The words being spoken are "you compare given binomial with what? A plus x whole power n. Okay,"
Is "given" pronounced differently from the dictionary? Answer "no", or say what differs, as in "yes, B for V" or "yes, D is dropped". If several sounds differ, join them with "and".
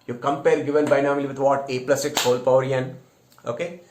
yes, L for N